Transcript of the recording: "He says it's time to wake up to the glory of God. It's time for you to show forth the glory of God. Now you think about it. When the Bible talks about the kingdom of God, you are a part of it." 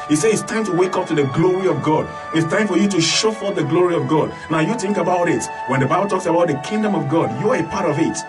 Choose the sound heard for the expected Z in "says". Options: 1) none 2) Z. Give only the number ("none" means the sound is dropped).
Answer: 1